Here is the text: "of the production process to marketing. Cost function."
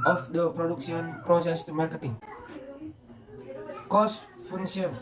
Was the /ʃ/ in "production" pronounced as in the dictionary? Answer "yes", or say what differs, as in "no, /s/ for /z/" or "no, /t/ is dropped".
no, /s/ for /ʃ/